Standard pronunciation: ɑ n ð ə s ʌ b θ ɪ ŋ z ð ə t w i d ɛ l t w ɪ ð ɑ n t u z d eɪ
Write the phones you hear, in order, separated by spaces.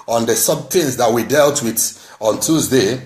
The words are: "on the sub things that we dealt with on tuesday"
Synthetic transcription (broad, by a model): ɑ n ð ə s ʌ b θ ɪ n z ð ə t w i d ɛ l t w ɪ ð ɑ n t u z d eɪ